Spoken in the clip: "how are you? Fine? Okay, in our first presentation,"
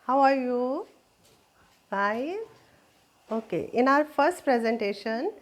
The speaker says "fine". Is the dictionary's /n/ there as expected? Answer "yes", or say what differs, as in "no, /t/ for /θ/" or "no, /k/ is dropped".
no, /n/ is dropped